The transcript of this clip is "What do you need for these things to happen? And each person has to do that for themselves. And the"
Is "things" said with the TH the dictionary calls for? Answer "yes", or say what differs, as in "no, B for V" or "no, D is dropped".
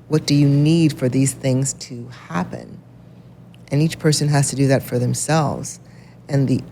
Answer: yes